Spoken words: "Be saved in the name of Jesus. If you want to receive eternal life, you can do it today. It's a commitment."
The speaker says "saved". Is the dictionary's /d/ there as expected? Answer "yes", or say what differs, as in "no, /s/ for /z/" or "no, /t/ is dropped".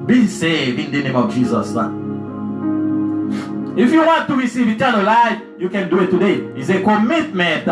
no, /d/ is dropped